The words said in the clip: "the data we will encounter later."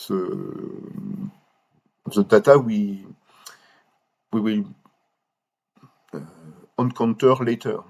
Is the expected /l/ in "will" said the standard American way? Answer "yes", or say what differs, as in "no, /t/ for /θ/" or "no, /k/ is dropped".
no, /w/ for /l/